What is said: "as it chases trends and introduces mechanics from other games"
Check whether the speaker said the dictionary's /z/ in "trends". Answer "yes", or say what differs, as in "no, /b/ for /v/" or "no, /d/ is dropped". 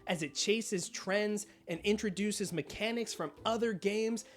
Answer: yes